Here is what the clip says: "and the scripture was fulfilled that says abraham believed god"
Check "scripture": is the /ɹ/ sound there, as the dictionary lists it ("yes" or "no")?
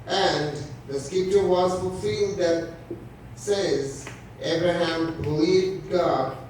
no